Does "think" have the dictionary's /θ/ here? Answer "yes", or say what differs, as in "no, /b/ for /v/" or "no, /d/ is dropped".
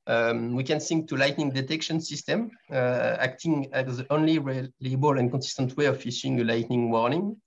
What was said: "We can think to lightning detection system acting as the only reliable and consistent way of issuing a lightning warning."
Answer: no, /s/ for /θ/